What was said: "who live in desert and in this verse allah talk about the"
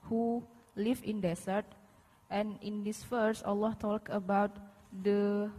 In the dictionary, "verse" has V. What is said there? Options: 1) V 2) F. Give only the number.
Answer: 2